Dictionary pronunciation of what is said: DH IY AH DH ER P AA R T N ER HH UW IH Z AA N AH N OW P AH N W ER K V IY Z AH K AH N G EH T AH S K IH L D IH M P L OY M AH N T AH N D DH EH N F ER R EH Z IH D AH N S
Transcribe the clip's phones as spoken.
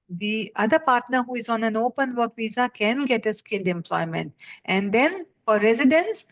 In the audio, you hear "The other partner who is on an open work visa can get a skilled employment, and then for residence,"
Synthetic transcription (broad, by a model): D IY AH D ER P AA R T N ER HH UW IH Z AA N AH N OW P AH N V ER K V IY Z AH K AH N G EH T AH S K IH L D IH M P L OY M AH N T AH N D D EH N F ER R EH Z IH D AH N S